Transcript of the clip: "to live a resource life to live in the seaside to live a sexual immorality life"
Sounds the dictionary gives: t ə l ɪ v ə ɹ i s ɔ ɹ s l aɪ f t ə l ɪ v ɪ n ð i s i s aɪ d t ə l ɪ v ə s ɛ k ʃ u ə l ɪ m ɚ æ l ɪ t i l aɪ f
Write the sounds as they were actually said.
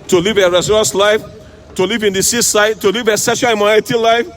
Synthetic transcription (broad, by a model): t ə l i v ə ɹ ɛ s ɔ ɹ s l aɪ f t ə l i v ɪ n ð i s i s aɪ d t ə l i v ə s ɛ ʃ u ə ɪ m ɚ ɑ ɪ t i l aɪ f